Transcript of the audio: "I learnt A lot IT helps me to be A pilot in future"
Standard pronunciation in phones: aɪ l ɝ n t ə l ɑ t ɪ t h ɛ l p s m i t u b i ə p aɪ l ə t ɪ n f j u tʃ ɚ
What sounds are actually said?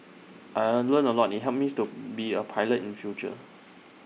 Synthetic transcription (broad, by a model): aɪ l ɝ n ə l ɑ t ɪ t h ɛ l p m i t u b i ə p aɪ l ə t ɪ n f j u tʃ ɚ